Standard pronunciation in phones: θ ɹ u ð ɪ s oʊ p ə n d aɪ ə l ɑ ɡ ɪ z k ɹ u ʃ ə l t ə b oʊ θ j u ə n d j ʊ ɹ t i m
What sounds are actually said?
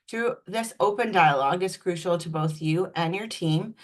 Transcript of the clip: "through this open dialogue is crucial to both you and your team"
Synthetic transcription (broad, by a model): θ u ð ɪ s oʊ p ə n d aɪ ə l ɑ ɡ ɪ z k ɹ u ʃ l t ə b oʊ θ j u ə n j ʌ ɹ t i m